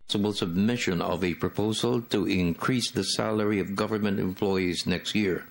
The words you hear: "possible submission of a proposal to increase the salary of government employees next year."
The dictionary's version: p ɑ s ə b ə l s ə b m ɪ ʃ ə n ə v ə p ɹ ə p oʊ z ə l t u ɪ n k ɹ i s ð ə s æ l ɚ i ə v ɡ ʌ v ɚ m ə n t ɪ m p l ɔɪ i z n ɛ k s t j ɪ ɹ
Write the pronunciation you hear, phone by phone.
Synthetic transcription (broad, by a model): s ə b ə l s ə b m ɪ ʃ ə n ə v ə p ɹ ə p oʊ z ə l t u ɪ n k ɹ i s ð ə s æ l ɚ i ə v ɡ ʌ v ɚ m ə n t ɪ m p l ɔɪ i z n ɛ k s t j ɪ ɹ